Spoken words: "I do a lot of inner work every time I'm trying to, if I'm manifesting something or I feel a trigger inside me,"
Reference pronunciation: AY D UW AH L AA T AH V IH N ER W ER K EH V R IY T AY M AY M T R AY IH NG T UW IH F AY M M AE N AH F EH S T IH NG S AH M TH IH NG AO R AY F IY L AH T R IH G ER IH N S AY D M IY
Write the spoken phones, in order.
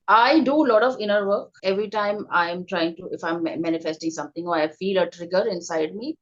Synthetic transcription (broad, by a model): AY D UW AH L AA T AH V IH N ER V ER K EH V R IY T AY M AY M T R AY IH NG T UW IH F AY M M AE N AH F EH S T IH NG S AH M T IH NG AO R AY F IY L AH T R IH G ER IH N S AY D M IY